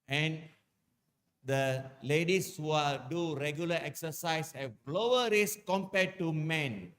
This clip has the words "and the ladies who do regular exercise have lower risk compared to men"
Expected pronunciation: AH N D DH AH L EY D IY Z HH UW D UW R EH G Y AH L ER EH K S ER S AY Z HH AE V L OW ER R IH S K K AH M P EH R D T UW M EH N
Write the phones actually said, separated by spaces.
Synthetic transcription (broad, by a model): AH N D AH L EY D IY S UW D UW R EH G Y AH L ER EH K S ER S AY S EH B L OW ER R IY S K K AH M P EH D T UW M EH N